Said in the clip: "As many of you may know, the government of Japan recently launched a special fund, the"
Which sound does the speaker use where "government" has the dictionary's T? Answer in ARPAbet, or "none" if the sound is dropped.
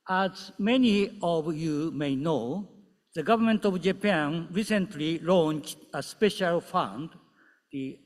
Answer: T